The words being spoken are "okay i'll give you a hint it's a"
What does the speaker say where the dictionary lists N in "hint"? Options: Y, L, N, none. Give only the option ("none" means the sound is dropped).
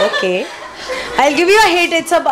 none